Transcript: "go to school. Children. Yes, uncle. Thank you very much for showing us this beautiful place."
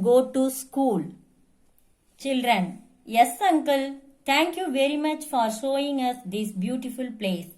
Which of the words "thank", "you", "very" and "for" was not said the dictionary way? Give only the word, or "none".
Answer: thank